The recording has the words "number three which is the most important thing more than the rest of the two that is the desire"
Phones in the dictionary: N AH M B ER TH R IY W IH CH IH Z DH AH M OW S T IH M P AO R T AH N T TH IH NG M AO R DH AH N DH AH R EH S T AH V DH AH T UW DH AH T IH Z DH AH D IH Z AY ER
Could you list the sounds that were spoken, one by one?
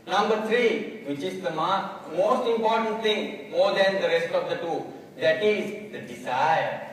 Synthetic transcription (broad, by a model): N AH M B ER T R IY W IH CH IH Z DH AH M OW S T IH M P AO R T AH N T T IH NG M AO R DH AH N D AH R EH S T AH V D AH T UW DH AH T IH Z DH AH D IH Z AY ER